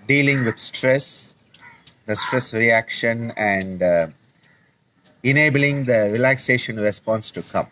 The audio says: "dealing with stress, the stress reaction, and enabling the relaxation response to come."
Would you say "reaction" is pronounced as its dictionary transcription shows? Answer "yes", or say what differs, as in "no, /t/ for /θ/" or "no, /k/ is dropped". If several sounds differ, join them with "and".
yes